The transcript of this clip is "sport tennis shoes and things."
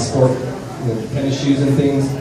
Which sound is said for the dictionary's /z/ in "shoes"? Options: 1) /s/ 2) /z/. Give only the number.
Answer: 2